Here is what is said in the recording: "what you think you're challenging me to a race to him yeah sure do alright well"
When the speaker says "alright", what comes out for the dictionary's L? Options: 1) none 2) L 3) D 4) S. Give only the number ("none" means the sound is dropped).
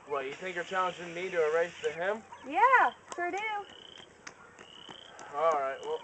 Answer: 2